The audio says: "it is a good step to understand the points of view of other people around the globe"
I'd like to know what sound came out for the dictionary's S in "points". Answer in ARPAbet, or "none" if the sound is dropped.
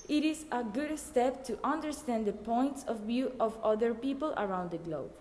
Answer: S